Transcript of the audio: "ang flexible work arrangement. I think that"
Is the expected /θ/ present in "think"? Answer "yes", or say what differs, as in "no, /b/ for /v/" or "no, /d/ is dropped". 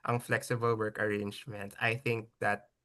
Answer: yes